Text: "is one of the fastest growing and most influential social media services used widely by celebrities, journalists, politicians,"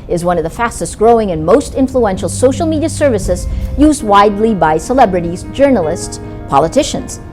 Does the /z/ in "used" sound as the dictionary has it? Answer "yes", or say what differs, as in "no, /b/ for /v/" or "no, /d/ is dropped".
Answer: yes